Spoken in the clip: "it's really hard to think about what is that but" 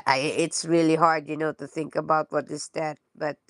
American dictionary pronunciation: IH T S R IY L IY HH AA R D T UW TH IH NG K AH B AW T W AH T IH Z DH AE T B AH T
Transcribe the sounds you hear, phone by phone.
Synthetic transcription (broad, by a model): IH T S R IY L IY HH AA R D T UW TH IH NG K AH B AW T W AH T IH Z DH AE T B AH T